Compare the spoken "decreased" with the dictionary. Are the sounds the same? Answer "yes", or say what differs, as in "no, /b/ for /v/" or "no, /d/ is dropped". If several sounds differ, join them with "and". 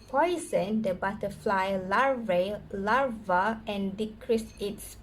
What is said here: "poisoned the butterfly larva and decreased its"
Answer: no, /t/ is dropped